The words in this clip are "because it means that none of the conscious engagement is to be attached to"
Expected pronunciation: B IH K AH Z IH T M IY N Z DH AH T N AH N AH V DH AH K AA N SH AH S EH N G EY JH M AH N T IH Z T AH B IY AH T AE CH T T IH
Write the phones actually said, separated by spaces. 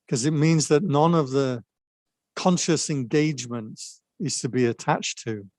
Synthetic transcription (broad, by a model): K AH Z IH T M IY N Z DH AH T N AH N AH V DH AH K AA N SH AH S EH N G EY JH M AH N T IH Z T AH B IY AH T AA CH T T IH